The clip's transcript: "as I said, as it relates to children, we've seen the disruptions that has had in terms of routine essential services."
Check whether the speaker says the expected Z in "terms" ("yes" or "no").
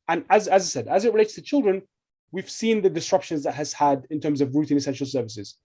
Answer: yes